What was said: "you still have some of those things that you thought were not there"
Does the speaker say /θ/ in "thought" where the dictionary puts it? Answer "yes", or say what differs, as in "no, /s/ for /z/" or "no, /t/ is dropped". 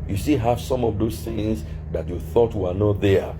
yes